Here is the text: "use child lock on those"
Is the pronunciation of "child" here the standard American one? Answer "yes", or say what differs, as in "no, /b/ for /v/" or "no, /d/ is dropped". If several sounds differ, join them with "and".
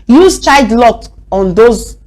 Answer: no, /l/ is dropped